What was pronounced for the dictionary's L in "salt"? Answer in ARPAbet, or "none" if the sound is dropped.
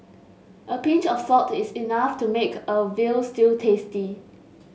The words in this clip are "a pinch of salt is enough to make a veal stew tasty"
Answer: none